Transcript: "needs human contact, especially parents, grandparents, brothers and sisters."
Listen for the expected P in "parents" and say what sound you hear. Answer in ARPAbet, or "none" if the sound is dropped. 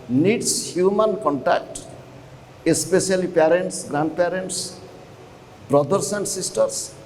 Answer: P